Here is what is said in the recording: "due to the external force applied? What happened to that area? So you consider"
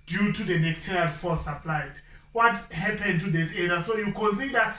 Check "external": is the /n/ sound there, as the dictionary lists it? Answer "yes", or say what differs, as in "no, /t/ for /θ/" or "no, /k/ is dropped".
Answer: no, /n/ is dropped